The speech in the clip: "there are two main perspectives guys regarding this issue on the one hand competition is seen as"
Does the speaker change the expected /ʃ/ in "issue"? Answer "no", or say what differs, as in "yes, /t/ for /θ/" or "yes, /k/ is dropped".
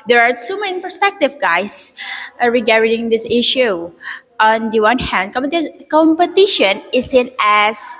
no